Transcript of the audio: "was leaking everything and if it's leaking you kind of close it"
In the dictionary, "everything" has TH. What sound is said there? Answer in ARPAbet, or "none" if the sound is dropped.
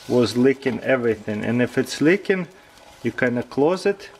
TH